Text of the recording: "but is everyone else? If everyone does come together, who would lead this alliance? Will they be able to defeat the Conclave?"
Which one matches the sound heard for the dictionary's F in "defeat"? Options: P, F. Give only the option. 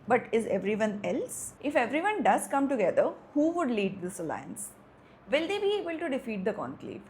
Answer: F